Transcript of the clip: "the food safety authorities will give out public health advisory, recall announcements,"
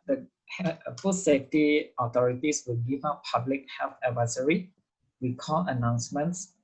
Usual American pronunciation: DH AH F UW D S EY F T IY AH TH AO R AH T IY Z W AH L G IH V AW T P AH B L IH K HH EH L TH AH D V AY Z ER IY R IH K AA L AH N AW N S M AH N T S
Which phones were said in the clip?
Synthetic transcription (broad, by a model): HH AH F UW S EY F T IY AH T AO R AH T IY S W AH L G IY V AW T P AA B L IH K HH EH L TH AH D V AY S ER IY W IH K AA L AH N AW N S M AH N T S